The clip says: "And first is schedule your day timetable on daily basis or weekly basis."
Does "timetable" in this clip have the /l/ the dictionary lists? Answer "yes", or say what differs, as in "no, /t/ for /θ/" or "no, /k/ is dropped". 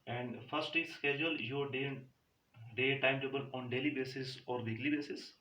no, /n/ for /l/